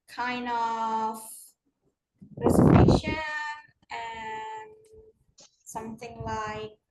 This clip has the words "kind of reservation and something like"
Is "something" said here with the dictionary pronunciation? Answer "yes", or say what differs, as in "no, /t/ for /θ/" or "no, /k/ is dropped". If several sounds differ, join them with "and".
yes